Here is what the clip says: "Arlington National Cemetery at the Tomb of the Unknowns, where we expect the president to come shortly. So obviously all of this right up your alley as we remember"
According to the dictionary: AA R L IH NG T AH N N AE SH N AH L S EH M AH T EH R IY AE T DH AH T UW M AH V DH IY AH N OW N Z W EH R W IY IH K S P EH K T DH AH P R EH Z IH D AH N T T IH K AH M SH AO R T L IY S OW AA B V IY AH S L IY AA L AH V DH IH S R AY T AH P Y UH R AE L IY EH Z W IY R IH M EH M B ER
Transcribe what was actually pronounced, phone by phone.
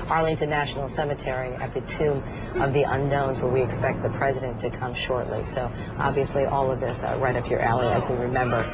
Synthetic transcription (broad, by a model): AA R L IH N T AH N N AE SH N L S EH M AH T EH R IY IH T DH AH T UW M AH V DH IY AH N OW N Z W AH R W IY IH K S P EH K T DH AH P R EH Z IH D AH N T T IH K AH M SH AO R T L IY S OW AA B V IY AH S L IY AA L AH V DH IH S R AY T AH P Y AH R AE L IY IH Z W IY R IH M EH M B ER